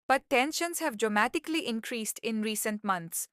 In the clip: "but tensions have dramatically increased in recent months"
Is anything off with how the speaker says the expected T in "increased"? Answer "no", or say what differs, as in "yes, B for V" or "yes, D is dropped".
no